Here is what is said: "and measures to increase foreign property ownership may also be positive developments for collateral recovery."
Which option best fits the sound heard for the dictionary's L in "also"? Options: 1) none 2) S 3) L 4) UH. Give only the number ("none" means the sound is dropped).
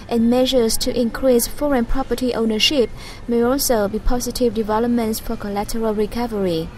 3